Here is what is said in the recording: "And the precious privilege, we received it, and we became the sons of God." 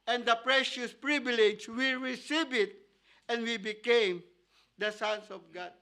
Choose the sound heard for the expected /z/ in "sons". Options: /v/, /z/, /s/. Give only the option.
/s/